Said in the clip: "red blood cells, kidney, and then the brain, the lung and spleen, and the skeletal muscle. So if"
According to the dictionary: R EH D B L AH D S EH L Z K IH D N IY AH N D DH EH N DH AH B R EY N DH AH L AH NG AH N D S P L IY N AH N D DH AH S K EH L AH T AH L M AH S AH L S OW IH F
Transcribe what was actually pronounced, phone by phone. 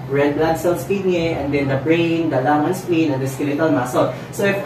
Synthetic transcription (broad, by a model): R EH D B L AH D S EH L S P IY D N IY AH N D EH N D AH B R EY N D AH L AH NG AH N S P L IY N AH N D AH S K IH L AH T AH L M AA S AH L S OW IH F